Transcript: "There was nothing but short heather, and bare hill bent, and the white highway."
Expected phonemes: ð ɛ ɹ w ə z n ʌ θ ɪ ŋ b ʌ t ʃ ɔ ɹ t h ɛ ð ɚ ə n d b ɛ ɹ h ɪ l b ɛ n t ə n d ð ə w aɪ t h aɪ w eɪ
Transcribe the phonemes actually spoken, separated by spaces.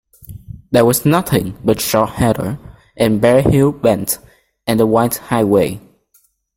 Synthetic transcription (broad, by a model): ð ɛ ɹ w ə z n ʌ θ ɪ ŋ b ʌ t ʃ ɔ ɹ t h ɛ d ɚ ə n b ɛ ɹ h ɪ l b ɛ n t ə n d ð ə w aɪ t h aɪ w eɪ